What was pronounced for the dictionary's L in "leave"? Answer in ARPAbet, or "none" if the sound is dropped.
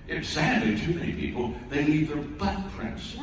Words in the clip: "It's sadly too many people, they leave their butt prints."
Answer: N